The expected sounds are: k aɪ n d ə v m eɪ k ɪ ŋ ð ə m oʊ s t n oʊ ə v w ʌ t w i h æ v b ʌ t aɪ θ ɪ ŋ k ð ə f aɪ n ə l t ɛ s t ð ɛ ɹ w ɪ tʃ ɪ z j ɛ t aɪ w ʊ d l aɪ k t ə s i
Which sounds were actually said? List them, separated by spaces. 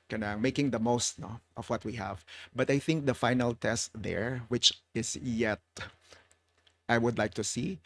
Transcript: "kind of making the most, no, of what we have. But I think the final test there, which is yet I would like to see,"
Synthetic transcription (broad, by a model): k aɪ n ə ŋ m eɪ k ɪ ŋ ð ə m oʊ s t n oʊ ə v w ʌ t w i h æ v b ʌ t aɪ θ ɪ ŋ k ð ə f aɪ n ə l t ɛ s t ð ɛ ɹ w ɪ tʃ ɪ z j ɛ t aɪ w ʊ d l aɪ k t ə s i